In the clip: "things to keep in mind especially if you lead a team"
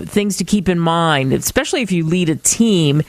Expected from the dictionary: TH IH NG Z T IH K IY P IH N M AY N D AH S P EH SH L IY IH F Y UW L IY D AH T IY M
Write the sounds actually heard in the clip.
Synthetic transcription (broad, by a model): TH IH NG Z T IH K IY P IH N M AY N D AH S P EH SH L IY IH F Y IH L IY D AH T IY M